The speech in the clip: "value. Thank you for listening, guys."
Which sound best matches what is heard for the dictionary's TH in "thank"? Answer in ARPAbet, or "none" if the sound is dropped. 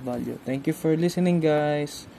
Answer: T